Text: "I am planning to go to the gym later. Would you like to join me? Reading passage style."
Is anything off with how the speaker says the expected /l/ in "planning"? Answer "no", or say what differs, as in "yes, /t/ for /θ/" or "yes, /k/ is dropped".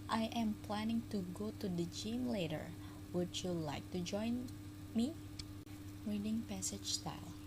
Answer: no